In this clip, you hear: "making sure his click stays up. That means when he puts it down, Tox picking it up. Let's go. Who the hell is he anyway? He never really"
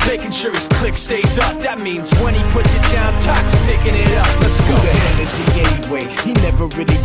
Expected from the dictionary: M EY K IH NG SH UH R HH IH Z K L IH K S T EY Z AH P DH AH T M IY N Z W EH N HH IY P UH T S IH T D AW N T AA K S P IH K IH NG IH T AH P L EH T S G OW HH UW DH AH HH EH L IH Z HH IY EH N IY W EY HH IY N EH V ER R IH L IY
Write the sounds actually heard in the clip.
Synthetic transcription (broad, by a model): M EY K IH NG SH UH R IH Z K L IH K S T EY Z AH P DH AH T M IY N Z W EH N IY P UH T S IH T D AW N T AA K S P IH K IH NG IH T AH P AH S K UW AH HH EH N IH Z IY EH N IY W EY HH IY N EH V ER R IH L IY